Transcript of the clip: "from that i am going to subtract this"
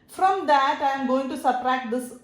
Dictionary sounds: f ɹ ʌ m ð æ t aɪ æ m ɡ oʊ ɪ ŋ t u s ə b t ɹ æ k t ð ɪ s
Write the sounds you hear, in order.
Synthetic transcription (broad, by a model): f ɹ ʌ m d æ t aɪ m ɡ oʊ ɪ ŋ t u s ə t ɹ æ k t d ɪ s